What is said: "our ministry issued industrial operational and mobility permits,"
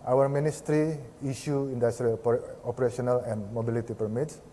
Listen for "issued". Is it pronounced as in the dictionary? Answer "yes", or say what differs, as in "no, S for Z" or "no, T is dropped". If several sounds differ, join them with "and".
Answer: no, D is dropped